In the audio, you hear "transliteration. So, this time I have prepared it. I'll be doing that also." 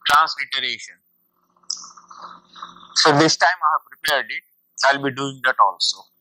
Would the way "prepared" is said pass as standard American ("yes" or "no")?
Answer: yes